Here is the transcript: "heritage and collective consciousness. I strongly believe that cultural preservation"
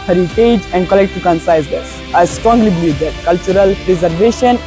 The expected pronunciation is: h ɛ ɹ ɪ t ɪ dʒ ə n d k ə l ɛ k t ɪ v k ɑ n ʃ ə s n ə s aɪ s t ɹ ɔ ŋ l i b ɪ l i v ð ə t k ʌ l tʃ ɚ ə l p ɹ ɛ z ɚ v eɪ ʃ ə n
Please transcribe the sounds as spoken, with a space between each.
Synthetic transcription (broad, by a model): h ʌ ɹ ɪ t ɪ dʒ ə n d k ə l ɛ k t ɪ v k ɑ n s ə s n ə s aɪ s t ɹ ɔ ŋ l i b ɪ l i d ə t k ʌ l tʃ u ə l p ɹ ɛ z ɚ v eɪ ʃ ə n